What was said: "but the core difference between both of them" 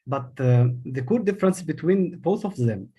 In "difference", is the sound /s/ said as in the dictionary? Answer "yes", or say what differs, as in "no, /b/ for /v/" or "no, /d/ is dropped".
yes